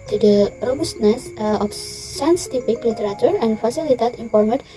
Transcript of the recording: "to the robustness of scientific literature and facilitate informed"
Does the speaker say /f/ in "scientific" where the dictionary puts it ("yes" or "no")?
no